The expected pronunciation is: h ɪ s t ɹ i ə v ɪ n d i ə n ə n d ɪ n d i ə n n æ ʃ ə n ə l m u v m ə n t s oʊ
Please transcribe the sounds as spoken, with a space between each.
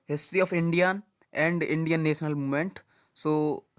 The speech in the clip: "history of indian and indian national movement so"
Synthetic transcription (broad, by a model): h ɪ s t ɹ i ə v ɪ n d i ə n ə n d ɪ n d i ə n n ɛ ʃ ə n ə l m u m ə n t s oʊ